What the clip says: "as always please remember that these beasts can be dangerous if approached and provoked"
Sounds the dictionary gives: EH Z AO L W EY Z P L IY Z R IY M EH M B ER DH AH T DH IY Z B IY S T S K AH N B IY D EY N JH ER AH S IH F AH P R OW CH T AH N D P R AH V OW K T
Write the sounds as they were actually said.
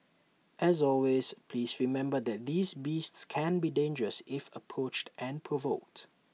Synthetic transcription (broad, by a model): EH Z AO L W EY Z P L IY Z R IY M EH M B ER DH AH T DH IY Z B IY S T S K AH N B IY D EY N JH ER AH S IH F AH P R OW CH T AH N P R AH V OW K T